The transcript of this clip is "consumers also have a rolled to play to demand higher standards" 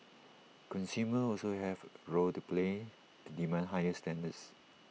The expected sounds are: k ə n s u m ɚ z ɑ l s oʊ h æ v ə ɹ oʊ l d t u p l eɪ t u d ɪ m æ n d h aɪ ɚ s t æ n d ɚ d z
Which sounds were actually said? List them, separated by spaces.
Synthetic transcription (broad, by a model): k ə n s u m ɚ ɑ l s oʊ h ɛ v ɹ oʊ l t u p l eɪ t u d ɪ m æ n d h aɪ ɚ s t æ n d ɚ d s